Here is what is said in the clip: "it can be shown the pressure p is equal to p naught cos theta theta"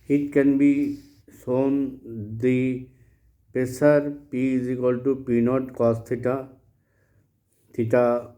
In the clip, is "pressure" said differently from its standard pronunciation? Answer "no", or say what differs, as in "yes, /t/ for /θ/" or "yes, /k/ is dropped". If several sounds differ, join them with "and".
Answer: yes, /ɹ/ is dropped and /s/ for /ʃ/